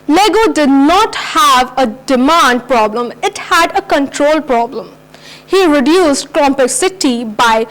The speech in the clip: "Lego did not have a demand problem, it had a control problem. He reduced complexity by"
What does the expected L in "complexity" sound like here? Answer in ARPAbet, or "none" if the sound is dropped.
none